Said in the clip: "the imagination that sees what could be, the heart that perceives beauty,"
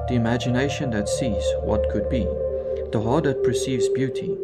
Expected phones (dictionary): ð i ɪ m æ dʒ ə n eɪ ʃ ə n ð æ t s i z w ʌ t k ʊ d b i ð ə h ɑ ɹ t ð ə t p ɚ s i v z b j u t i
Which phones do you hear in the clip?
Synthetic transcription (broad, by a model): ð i ɪ m æ dʒ ə n eɪ ʃ ə n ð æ t s i z w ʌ t k ʊ d b i ð ə h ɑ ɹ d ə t p ɚ s i v z b j u t i